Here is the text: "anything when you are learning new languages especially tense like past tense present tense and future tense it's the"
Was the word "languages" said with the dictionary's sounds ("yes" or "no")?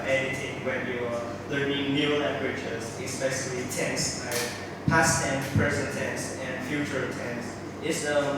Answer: no